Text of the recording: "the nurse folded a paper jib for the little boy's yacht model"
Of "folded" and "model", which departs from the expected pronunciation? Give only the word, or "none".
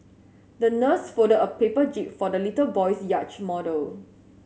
folded